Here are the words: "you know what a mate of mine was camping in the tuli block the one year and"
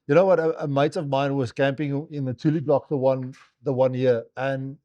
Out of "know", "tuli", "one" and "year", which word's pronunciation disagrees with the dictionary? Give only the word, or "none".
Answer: year